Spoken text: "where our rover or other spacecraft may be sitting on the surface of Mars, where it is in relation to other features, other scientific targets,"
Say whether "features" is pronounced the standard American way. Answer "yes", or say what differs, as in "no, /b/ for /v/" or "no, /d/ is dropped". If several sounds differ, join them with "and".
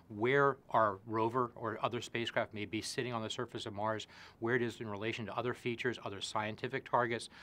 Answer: yes